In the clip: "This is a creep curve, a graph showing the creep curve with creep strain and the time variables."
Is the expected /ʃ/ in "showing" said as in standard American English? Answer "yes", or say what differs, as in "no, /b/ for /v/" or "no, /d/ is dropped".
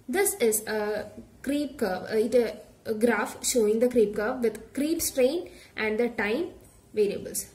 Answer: yes